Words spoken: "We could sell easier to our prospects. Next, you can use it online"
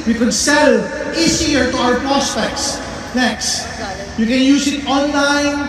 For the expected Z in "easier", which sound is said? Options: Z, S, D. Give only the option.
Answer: S